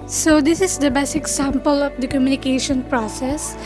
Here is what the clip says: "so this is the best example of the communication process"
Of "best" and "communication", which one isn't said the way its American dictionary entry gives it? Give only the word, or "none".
best